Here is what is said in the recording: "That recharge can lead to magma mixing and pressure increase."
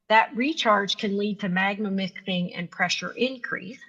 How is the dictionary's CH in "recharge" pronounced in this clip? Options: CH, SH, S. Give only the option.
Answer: CH